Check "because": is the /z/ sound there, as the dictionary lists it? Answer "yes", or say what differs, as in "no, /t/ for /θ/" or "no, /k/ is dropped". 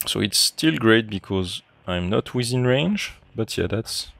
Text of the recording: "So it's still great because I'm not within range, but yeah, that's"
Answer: yes